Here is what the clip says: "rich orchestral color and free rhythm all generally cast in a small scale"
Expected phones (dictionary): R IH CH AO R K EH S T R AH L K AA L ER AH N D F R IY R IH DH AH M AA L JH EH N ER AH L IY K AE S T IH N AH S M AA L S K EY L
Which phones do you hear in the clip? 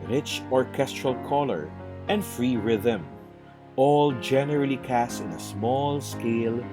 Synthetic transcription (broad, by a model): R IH CH AO R K EH S T R AH L K AA L ER AH N D F R IY R IH DH AH M AA L JH EH N ER AH L IY K AE S T IH N AH S M AA L S K EY L